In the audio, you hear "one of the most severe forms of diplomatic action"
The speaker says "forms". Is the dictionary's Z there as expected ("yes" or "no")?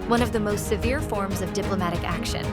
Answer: yes